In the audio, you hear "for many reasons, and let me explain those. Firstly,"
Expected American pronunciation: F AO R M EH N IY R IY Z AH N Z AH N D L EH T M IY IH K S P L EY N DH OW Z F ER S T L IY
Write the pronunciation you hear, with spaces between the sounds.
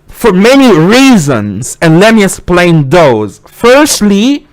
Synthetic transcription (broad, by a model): F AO R M EH N IY R IY Z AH N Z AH N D L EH M IY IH S P L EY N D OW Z F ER S T L IY